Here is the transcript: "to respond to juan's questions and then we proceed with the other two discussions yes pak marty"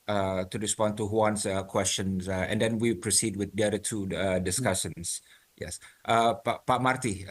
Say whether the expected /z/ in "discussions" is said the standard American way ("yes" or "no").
no